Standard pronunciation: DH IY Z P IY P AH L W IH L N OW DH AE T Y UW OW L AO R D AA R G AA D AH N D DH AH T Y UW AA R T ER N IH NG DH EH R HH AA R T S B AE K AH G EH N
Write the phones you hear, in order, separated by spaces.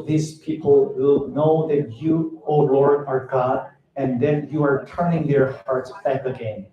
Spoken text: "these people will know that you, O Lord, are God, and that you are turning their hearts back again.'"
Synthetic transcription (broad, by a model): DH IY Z P IY P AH L W IH L N OW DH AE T Y UW OW L AO R D AA R G AA D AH N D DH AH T Y UW AA R T ER N IH NG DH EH R HH AA R T S B AE K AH G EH N